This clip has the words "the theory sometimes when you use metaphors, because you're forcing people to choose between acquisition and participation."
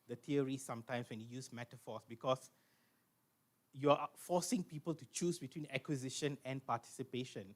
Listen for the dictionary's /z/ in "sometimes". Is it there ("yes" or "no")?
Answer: no